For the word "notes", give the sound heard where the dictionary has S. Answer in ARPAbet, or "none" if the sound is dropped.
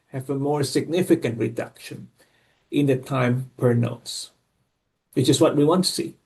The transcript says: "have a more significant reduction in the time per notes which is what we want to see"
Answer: S